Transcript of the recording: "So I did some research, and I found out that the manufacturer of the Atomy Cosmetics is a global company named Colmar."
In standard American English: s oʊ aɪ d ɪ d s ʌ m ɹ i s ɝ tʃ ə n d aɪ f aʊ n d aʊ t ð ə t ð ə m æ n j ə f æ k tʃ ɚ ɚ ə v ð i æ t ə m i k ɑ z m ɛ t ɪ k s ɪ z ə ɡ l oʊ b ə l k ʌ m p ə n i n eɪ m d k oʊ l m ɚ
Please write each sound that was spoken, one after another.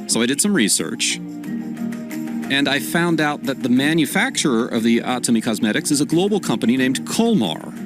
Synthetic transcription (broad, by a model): s oʊ aɪ d ɪ d s ʌ m ɹ i s ɝ tʃ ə n aɪ f aʊ n d aʊ t ð ə t ð ə m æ n j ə f æ k tʃ ɚ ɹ ə v ð i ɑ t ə m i k ɑ z m ɛ t ɪ k s ɪ z ə ɡ l oʊ b l k ʌ m p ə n i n eɪ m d k oʊ l m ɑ